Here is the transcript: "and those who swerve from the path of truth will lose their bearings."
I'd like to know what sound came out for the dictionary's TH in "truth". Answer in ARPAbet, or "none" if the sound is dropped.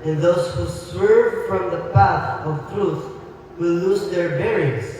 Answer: S